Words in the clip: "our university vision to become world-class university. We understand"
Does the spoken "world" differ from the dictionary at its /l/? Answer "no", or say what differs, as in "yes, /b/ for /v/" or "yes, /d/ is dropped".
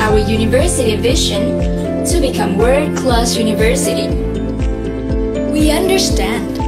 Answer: yes, /l/ is dropped